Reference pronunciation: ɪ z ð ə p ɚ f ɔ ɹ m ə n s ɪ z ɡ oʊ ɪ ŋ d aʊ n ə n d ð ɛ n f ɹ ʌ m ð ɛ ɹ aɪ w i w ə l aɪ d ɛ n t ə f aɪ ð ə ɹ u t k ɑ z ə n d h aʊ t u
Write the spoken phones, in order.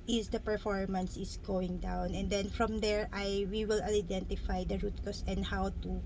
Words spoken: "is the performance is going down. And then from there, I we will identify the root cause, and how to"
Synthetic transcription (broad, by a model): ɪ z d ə p ɚ f ɔ ɹ m ə n s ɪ s ɡ oʊ ɪ ŋ d aʊ n ə n d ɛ n f ɹ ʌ m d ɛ ɹ aɪ w i w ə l aɪ d ɛ n t ə f aɪ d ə ɹ u t k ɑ s ə n d h aʊ t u